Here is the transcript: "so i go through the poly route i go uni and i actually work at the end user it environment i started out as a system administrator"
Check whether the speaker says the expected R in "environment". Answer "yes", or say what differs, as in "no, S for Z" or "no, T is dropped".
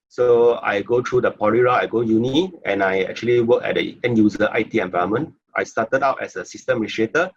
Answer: no, R is dropped